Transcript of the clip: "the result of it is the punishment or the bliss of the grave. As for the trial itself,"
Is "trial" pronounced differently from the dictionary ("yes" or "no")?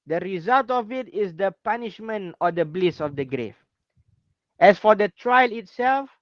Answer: no